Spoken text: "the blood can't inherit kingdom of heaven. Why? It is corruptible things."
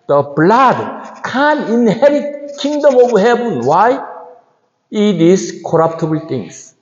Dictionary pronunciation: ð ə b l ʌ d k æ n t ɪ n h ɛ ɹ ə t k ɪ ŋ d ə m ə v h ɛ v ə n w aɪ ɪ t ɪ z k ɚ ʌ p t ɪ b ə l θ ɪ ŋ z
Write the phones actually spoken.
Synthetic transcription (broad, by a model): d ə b l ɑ d k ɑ n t ɪ n h ɛ ɹ ə t k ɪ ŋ d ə m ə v h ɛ p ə n w aɪ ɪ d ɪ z k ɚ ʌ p t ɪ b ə l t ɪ ŋ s